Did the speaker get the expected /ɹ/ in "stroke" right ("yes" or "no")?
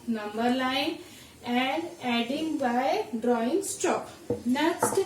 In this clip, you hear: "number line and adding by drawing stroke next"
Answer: no